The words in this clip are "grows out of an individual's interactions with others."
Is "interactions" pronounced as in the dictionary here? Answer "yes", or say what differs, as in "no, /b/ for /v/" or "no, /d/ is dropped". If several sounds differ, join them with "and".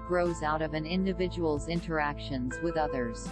yes